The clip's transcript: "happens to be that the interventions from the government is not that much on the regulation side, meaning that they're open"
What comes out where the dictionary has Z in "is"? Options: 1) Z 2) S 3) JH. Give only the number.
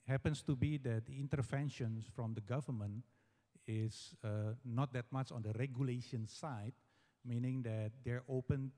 2